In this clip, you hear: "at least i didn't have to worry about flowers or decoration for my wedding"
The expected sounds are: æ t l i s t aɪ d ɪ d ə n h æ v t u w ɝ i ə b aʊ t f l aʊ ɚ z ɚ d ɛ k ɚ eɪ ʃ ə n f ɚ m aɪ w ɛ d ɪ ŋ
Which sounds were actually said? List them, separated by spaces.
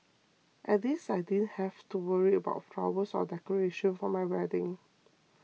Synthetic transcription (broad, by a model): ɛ t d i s aɪ d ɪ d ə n h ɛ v t u w ɝ i ə b aʊ t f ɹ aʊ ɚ s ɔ d ɛ k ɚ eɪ ʃ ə n f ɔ m aɪ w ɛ d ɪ ŋ